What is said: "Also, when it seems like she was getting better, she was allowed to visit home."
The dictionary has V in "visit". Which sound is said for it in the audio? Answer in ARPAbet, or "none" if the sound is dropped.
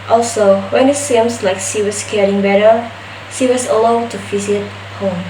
F